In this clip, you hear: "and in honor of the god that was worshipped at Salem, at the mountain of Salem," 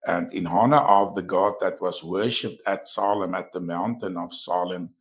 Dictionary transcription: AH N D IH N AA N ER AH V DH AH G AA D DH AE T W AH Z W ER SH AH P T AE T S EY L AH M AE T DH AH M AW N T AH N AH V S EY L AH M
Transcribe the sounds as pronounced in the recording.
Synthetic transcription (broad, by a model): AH N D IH N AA N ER AH V DH AH G AA D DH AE T W AH Z W ER SH AH P T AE T S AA L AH M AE T DH AH M AW N T AH N AH V S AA L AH M